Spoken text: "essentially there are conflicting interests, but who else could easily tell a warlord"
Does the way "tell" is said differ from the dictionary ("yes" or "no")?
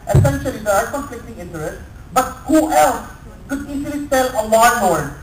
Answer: yes